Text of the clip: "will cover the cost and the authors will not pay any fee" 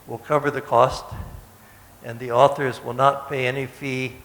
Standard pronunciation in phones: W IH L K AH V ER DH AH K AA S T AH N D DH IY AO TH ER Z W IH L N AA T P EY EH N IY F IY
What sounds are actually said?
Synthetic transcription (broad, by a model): W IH L K AH V ER DH AH K AA S T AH N DH IY AO TH ER Z W IH L N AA T P EY EH N IY F IY